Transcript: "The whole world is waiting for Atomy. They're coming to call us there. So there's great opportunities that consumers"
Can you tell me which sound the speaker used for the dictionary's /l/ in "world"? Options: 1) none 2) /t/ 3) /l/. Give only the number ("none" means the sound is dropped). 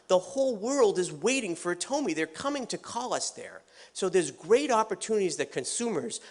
3